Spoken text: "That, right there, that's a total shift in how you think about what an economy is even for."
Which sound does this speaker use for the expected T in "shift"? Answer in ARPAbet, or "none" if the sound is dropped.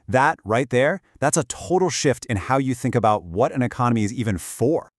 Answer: T